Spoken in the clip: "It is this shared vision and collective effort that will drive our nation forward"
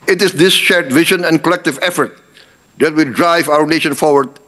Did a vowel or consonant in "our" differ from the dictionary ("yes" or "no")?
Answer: no